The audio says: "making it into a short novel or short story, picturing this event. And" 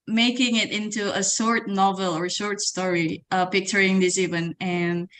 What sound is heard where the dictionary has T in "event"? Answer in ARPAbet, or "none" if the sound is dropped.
none